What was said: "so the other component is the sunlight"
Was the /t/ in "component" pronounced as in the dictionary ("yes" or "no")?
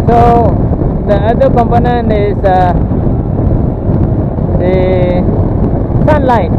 no